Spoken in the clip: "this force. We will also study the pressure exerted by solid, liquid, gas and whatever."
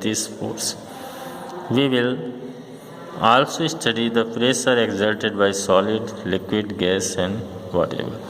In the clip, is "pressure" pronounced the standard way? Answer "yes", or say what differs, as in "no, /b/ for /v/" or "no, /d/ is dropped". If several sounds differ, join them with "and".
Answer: no, /s/ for /ʃ/